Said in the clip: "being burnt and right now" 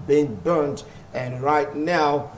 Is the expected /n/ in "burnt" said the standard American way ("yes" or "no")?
yes